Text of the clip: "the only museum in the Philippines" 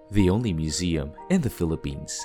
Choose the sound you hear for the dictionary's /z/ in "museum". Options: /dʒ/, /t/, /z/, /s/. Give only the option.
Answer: /z/